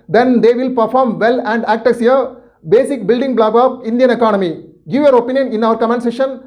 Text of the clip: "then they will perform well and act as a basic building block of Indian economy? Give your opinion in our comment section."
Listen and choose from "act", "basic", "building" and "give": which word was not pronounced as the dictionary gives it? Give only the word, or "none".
none